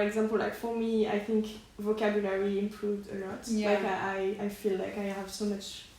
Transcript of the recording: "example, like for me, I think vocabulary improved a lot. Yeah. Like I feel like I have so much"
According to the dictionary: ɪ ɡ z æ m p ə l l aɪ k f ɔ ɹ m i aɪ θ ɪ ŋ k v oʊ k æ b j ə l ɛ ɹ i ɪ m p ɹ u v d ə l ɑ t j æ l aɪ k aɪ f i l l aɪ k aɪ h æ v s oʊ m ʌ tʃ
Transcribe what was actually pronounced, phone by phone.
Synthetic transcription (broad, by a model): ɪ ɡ z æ m p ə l l aɪ k f ɔ ɹ m i aɪ θ ɪ ŋ k v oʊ k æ b j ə l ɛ ɹ i ɪ m p ɹ u v d ə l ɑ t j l aɪ k aɪ f i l l aɪ k aɪ h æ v s oʊ m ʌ tʃ